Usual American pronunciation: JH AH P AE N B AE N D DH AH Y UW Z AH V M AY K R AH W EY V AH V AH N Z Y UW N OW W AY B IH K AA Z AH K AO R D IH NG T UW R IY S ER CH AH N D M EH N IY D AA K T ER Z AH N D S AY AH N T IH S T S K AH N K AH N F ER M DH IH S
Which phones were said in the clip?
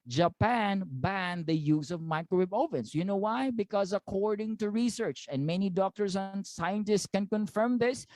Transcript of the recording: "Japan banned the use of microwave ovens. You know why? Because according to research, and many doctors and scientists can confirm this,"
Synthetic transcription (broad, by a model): JH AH P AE N B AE N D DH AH Y UW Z AH V M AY K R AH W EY B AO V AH N S Y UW N OW W AY B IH K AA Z AH K AO R D IH NG T UW R IY S ER CH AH N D M EH N IY D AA K T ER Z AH N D S AY AH N T IH S T S K AH N K AH N F ER M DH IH S